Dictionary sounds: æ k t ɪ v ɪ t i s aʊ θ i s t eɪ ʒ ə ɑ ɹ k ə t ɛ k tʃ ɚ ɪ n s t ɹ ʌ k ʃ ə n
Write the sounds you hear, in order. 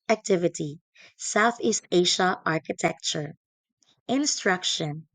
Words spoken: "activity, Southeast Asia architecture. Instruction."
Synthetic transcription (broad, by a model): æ k t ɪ v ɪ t i s aʊ θ i s t eɪ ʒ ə ɑ ɹ k ə t ɛ k tʃ ɚ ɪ n s t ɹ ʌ k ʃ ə n